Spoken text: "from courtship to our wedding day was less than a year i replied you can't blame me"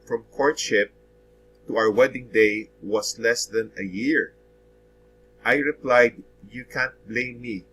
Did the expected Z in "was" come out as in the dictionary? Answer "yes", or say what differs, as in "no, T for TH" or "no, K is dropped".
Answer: no, S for Z